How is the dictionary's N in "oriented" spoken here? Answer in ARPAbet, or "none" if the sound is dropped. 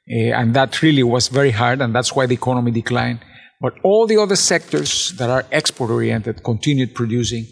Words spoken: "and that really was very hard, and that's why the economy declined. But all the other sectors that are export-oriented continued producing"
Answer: N